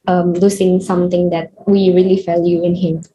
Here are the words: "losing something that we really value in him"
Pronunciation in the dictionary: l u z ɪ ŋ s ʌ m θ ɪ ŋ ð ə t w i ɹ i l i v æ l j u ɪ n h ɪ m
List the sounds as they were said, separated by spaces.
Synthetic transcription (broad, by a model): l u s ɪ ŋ s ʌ m t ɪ ŋ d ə t w i ɹ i l i f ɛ l j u ɪ n h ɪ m